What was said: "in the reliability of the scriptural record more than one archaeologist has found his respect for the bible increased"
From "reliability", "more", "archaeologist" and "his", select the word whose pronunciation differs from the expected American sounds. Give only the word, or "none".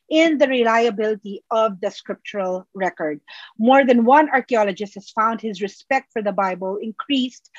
none